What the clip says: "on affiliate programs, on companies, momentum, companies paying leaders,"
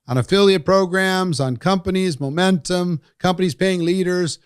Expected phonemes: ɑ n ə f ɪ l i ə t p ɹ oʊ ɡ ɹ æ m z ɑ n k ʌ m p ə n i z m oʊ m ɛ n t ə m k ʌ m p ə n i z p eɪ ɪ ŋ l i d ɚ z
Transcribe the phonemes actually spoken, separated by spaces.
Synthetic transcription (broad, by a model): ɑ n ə f ɪ l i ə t p ɹ oʊ ɡ ɹ æ m z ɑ n k ʌ m p ə n i z m oʊ m ɛ n t ə m k ʌ m p ə n i z p eɪ ɪ ŋ l i d ɚ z